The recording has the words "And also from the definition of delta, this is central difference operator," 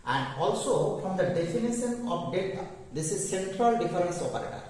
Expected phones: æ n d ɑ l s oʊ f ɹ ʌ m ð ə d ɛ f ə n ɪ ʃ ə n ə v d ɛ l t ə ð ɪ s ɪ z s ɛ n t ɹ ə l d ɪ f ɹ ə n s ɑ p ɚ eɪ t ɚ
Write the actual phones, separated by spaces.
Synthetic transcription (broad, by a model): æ n d ɑ l s oʊ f ɹ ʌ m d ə d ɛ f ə n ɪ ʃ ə n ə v d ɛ t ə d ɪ s ɪ z s ɛ n t ɹ ə l d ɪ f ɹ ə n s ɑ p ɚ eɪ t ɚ